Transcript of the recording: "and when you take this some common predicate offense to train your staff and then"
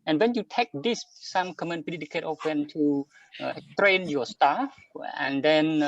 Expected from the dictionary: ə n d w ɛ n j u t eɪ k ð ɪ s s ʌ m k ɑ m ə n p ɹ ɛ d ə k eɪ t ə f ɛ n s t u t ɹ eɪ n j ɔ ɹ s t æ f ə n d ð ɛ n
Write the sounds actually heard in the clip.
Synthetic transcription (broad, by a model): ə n w ɛ n j u t eɪ k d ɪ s s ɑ m k ɑ m ə n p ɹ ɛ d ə k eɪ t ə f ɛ n t u t ɹ eɪ n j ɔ s t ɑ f ə n d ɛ n